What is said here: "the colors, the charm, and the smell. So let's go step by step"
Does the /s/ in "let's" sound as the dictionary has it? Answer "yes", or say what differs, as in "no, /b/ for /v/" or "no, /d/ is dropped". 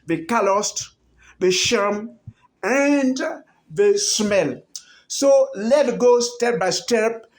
no, /s/ is dropped